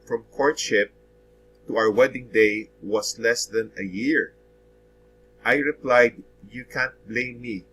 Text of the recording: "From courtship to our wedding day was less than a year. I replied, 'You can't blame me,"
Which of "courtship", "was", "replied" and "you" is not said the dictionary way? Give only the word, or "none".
was